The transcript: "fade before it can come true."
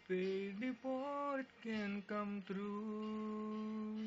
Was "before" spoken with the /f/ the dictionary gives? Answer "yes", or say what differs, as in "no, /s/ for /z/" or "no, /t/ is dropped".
no, /p/ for /f/